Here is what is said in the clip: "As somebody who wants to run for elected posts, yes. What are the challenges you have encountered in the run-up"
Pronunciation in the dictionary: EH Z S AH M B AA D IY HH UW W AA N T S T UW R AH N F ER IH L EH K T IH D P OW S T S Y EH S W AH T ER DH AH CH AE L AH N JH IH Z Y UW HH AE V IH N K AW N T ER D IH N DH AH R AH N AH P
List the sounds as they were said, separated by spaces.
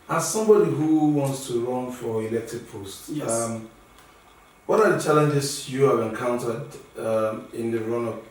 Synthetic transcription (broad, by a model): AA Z S AH M B AA D IY HH UW W AA N T S T UW R AH N F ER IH L EH K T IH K P OW S T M W AH T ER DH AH CH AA L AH N JH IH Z Y UW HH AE V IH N K AW N T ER D IH N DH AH R AH N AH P